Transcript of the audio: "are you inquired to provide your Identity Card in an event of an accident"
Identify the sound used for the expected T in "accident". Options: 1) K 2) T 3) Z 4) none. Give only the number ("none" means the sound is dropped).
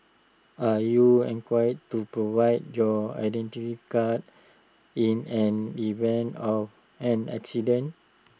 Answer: 4